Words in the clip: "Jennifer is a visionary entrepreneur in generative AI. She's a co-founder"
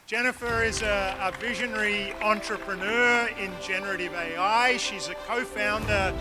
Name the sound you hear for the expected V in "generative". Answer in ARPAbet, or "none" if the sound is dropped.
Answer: V